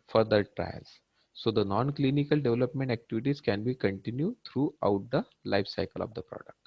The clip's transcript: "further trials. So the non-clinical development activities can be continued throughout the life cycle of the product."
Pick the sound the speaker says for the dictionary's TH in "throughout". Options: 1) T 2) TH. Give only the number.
1